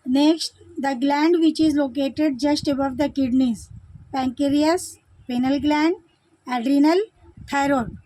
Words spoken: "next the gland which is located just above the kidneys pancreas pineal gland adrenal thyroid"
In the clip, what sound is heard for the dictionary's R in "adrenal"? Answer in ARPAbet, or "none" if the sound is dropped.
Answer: R